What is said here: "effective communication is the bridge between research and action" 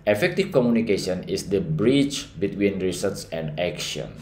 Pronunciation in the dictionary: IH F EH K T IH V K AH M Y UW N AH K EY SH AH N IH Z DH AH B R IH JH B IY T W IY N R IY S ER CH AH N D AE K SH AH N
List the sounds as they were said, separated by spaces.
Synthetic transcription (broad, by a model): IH F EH K T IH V K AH M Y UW N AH K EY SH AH N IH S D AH B R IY CH B IY T W IY N R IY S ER S AH N D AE K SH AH N